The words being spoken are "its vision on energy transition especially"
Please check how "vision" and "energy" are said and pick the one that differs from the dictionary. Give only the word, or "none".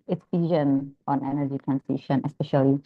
vision